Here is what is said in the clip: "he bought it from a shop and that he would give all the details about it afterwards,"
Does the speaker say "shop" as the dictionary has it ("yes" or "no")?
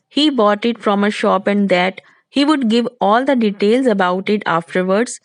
yes